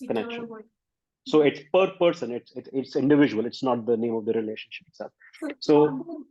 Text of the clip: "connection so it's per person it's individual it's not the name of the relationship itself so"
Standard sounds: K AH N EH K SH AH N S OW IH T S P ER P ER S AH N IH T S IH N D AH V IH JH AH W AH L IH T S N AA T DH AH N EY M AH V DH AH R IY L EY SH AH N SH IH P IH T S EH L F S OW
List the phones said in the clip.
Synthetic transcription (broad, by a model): K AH N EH K SH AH N S OW IH T S P ER P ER S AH N IH T S IH N D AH V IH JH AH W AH L IH T S N AA T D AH N EY M AH V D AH R IY L EY SH AH N SH IH P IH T S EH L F S OW